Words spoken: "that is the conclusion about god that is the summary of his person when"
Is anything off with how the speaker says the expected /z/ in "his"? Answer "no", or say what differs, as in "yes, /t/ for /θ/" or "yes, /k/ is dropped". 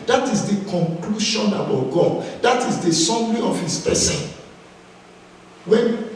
yes, /s/ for /z/